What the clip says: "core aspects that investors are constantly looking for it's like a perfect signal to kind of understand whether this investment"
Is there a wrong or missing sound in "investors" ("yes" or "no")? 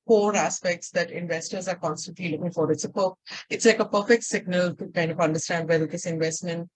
no